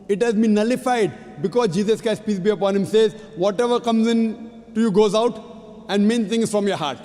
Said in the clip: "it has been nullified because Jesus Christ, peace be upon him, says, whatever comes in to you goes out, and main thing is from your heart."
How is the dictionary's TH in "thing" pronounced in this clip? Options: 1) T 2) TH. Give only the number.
1